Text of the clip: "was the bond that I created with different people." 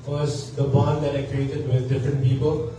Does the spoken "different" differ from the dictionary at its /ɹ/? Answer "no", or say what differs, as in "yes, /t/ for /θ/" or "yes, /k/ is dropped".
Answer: no